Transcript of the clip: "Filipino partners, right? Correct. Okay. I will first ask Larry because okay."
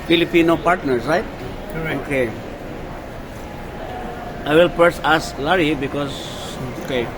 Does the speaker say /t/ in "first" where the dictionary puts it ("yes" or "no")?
no